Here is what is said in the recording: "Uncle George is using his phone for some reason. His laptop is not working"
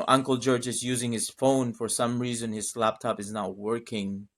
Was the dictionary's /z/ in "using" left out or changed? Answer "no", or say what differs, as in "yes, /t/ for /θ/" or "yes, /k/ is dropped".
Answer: no